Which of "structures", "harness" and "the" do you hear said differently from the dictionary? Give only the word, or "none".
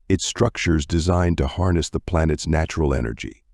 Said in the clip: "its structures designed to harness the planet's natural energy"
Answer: none